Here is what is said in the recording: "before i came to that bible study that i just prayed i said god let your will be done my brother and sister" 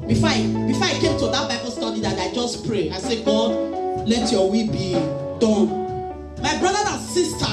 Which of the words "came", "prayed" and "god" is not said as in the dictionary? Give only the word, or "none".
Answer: prayed